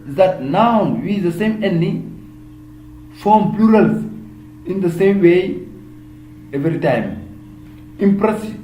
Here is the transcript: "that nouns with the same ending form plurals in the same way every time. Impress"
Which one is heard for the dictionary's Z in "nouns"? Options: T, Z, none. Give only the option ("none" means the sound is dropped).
none